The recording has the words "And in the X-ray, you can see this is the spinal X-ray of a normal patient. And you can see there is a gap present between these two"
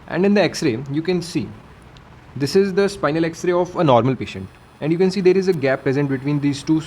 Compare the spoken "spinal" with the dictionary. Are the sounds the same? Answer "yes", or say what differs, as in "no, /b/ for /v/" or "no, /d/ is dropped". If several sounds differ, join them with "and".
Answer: yes